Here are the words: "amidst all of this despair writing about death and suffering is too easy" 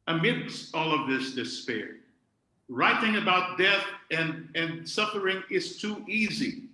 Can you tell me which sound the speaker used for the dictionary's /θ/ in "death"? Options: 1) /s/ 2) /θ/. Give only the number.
2